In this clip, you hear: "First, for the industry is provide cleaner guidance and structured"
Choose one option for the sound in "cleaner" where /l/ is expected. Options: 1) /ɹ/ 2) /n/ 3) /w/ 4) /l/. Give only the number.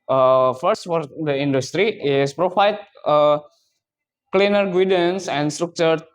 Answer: 4